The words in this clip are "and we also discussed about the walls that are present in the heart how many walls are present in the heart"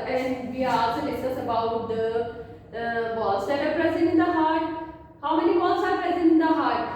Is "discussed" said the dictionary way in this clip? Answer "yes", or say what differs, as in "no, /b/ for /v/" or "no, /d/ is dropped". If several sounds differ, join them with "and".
no, /k/ is dropped and /t/ is dropped